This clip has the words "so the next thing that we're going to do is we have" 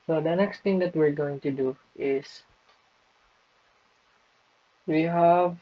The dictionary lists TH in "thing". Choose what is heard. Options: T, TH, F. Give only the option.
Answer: T